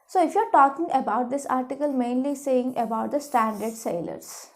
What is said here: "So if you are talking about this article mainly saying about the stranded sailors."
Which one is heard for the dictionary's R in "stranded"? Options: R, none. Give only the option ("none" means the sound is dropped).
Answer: none